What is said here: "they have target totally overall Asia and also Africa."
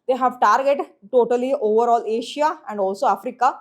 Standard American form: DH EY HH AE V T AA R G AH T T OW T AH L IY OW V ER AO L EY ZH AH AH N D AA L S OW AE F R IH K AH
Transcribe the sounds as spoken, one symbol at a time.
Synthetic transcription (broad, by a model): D EY HH AE V T AA R G AH T T OW T AH L IY OW V ER AO L EY SH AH AH N D AA L S OW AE F R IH K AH